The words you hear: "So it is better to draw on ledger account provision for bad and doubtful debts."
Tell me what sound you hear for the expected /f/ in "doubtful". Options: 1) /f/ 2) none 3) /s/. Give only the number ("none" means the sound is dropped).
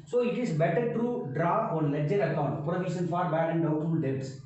2